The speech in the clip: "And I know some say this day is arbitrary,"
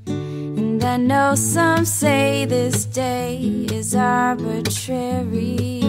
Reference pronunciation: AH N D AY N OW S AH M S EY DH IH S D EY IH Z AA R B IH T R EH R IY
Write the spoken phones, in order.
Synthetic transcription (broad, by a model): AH N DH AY N OW S AH M S EY DH IH S D EY IH Z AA R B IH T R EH R IY